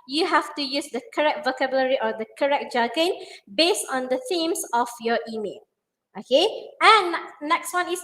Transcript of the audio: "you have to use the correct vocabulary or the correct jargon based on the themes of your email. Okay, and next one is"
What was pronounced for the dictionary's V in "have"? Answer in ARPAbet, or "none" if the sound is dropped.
F